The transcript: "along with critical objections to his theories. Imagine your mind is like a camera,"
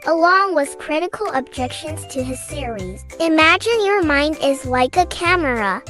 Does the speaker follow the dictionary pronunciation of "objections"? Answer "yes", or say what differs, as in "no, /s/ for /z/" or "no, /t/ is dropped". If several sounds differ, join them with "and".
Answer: yes